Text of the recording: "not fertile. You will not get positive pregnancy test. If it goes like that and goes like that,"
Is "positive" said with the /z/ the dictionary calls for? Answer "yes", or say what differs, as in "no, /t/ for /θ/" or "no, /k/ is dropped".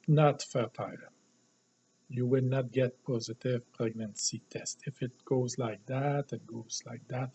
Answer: yes